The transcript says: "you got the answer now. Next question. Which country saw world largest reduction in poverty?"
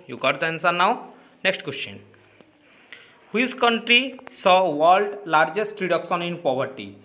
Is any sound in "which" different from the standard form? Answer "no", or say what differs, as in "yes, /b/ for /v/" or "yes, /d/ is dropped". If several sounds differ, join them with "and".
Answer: yes, /s/ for /tʃ/